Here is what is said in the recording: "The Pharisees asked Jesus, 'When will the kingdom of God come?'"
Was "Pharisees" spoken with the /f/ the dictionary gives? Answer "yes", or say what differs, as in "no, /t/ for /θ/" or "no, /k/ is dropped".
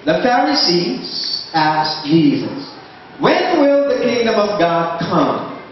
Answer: yes